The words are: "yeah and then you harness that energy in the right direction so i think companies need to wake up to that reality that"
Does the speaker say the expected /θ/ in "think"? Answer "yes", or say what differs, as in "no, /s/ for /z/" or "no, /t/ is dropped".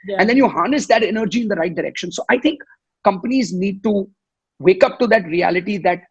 no, /t/ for /θ/